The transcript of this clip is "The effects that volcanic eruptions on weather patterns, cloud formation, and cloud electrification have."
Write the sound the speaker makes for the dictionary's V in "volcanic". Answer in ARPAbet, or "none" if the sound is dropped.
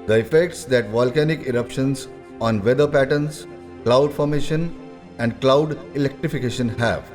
V